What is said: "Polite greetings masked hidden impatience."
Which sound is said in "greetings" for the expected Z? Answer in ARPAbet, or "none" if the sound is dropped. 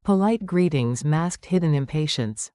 Z